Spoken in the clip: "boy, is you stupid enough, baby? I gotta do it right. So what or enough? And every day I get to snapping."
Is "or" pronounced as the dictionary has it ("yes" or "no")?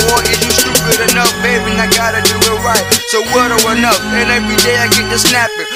no